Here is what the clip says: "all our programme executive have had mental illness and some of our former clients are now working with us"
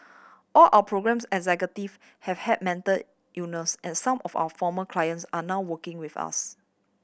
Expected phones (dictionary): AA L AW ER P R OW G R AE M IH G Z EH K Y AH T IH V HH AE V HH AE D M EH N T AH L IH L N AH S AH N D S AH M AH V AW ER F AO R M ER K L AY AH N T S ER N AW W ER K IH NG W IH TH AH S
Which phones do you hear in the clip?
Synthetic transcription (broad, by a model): AA L AW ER P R OW G R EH M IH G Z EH K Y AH T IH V HH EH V HH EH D M EH N T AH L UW N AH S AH N S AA M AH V AW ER F AO M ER K L AY AH N T S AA N AW W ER K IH NG W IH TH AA S